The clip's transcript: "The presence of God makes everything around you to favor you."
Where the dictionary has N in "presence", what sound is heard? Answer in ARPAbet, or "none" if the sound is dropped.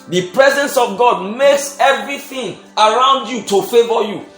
N